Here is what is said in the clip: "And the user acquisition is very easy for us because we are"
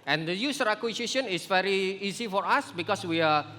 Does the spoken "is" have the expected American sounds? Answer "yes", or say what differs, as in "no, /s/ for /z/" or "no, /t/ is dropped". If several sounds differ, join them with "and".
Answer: no, /s/ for /z/